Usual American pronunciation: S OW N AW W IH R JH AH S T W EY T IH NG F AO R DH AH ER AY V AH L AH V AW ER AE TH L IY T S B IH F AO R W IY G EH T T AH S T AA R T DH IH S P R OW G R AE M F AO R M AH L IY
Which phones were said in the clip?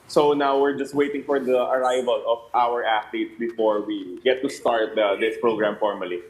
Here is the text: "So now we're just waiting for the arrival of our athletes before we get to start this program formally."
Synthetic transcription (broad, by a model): S OW N AW W IH R JH AH S T W EY T IH NG F AO R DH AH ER AY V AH L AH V AW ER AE T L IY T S B IH F AO R W IY G EH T T AH S T AA R T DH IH S P R OW G R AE M F AO R M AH L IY